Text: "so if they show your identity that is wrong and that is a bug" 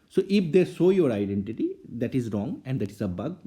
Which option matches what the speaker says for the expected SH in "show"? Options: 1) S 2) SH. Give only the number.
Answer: 1